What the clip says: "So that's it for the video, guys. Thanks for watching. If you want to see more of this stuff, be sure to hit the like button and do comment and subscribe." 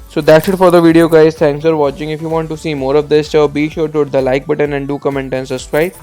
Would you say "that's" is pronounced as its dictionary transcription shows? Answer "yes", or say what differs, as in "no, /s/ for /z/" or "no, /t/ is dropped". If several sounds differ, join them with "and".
no, /ʃ/ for /s/